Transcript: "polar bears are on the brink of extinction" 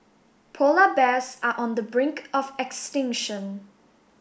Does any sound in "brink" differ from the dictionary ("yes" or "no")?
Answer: no